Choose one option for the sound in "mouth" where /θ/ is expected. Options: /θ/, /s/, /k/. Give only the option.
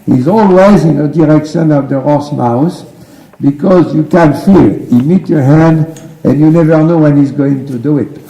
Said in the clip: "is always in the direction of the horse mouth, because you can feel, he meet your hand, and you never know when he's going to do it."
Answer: /s/